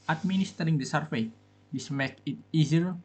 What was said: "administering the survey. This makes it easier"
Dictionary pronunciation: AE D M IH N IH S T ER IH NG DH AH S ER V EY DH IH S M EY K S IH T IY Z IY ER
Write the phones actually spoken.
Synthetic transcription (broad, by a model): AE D M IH N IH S T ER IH NG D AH S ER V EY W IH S M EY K IH T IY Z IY